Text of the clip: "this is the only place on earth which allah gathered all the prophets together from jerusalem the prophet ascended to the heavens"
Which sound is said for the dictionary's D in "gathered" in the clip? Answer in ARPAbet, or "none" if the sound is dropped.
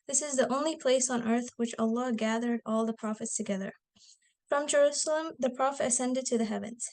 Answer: D